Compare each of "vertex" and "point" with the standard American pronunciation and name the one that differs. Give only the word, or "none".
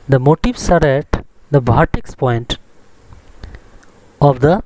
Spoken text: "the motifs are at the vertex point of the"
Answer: vertex